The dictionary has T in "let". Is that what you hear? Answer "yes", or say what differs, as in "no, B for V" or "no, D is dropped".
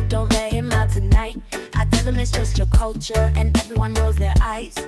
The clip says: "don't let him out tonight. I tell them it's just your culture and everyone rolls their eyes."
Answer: no, T is dropped